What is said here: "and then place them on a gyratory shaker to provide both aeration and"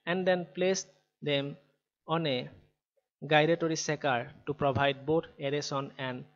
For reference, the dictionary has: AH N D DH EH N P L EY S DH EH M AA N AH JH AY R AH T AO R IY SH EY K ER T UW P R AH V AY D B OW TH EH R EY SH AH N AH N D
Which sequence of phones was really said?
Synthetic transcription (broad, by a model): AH N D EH N P L EY S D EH M AA N AH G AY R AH T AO R IY S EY K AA T UW P R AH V AY D B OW T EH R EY S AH N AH N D